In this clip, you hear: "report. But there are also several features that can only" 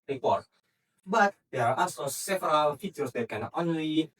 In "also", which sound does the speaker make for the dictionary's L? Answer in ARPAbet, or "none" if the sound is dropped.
none